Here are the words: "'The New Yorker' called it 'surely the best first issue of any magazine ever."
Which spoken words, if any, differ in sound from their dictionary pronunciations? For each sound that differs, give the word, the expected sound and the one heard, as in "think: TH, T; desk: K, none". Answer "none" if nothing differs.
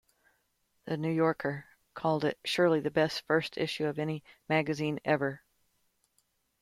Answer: none